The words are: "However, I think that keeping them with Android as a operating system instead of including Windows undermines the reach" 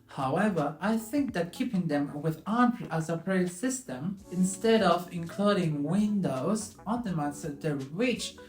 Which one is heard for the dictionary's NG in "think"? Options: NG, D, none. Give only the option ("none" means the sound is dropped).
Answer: NG